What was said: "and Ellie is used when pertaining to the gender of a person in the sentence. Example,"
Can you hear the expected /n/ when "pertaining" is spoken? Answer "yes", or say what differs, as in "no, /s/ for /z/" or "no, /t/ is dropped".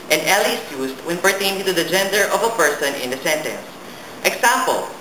no, /n/ is dropped